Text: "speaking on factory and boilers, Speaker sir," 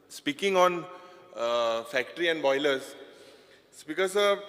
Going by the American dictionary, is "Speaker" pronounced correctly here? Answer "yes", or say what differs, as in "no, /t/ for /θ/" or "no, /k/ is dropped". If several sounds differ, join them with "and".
no, /b/ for /p/